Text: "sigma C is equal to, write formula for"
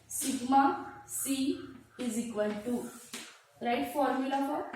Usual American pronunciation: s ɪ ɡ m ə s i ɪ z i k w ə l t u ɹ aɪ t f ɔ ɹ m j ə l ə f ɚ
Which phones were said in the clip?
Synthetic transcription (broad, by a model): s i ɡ m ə s i ɪ z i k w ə n t u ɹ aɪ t f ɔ ɹ m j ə l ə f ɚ